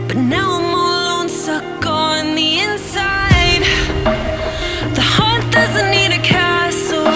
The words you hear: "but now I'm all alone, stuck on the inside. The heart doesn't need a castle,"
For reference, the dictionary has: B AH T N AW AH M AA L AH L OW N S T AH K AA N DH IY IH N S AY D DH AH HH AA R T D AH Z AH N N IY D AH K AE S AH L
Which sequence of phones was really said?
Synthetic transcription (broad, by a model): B AH T N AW AH M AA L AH UH N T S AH K N DH IY IH N S AY D DH AH HH AA R T D AH Z AH N N IY D AH K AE S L